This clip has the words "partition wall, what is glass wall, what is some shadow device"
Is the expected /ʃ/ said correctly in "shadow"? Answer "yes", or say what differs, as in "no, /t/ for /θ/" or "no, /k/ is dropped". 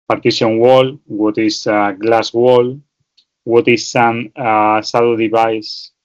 no, /s/ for /ʃ/